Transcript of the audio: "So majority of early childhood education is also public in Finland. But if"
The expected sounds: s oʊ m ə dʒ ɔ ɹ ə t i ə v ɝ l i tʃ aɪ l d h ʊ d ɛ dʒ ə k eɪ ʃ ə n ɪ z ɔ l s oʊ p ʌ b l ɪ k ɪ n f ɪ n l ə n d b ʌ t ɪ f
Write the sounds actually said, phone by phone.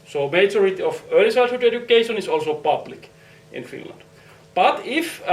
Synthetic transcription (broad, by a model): s oʊ m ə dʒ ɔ ɹ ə t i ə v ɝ l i s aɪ d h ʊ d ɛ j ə k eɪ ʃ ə n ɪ s ɔ l s oʊ p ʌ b l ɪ k ɪ n f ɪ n l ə n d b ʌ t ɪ f